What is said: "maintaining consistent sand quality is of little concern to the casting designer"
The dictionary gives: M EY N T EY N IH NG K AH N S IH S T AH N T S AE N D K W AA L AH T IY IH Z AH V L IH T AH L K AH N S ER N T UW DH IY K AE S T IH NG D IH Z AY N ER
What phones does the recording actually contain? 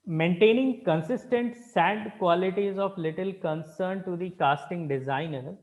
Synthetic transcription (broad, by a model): M EY N T EY N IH NG K AH N S IH S T AH N T S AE D K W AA L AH T IY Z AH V L IH T AH L K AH N S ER N T UW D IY K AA S T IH NG D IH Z AY N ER